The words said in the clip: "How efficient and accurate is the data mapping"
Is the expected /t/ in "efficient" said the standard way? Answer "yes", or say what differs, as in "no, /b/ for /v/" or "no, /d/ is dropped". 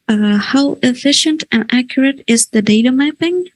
yes